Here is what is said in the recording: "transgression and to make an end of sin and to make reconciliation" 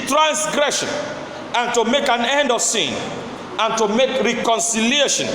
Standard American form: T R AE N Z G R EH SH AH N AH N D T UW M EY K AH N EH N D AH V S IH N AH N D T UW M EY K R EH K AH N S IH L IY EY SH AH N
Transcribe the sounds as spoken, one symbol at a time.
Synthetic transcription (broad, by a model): T R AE N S G R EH SH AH N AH N T UW M EY K AH N EH N D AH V S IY N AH N T UW M EY K R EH K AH N S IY L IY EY SH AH N